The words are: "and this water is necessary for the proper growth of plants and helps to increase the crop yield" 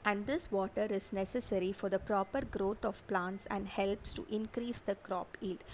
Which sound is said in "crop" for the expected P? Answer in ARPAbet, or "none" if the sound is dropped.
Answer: P